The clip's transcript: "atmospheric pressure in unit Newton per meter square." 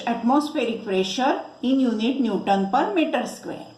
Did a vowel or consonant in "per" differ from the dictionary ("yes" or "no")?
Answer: no